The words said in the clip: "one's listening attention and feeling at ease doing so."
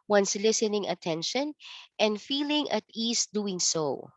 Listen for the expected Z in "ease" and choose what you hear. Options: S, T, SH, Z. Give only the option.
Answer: S